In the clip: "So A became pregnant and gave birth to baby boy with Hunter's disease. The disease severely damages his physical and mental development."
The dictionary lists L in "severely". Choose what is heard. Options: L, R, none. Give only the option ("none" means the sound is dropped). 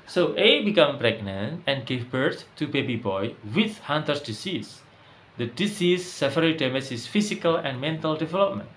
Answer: none